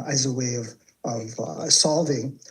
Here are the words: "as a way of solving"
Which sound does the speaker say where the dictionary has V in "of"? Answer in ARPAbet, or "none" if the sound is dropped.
V